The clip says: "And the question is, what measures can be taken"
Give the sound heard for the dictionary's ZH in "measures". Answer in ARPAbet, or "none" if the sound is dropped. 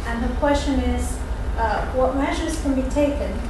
ZH